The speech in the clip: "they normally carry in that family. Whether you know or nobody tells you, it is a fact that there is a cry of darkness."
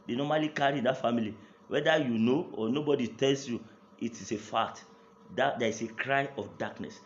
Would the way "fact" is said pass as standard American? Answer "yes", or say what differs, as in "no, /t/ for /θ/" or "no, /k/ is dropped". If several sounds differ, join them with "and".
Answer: no, /k/ is dropped